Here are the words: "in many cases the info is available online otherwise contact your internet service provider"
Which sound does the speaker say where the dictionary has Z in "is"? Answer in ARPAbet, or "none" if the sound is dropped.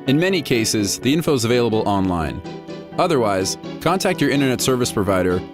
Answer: Z